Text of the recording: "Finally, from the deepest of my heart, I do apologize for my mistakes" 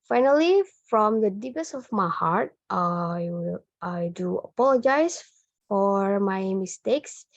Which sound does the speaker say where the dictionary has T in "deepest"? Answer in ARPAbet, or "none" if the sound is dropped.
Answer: none